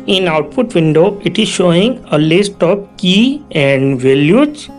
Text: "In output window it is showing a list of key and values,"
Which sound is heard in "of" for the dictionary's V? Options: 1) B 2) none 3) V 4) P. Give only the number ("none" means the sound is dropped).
4